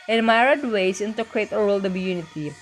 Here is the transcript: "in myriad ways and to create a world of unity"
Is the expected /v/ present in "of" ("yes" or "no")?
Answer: no